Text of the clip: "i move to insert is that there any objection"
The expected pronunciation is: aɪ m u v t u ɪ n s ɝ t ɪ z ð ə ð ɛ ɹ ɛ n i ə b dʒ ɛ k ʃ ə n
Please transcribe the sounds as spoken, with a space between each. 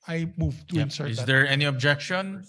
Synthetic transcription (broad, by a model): aɪ m u v t u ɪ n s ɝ ɪ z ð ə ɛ ɹ ɛ n i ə b dʒ ɛ k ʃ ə n